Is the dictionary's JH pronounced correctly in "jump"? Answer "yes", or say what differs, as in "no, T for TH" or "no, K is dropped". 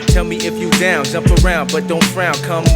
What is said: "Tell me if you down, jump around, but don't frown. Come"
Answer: no, Z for JH